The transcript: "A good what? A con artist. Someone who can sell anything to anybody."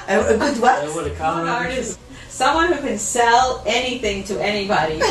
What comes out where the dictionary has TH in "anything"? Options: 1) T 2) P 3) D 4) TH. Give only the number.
4